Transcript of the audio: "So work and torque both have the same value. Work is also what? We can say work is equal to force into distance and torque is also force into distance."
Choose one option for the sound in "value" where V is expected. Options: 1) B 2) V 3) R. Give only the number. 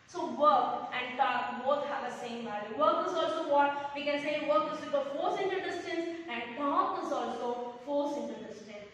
1